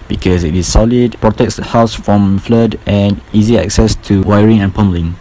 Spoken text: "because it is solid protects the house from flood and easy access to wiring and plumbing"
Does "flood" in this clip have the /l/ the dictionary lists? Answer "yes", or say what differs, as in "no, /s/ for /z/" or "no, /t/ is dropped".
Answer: yes